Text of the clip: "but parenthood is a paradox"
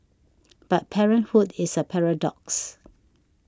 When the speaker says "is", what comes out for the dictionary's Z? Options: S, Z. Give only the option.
S